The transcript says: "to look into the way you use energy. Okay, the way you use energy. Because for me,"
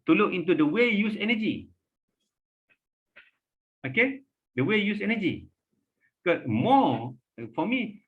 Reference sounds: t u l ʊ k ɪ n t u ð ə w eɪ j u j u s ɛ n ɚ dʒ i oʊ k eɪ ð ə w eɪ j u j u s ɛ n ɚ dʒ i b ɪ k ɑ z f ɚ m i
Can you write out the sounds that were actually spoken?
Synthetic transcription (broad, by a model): t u l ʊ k ɪ n t u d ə w eɪ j j u s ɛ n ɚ dʒ i oʊ k eɪ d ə w eɪ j j u s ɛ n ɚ dʒ i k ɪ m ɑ f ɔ m i